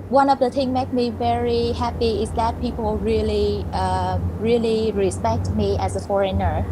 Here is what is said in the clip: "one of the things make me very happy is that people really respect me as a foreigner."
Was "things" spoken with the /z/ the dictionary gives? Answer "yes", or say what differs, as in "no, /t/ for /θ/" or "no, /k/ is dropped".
no, /z/ is dropped